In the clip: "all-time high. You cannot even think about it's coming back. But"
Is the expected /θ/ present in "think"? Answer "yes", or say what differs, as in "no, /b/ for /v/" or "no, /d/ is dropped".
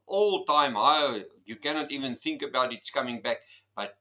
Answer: yes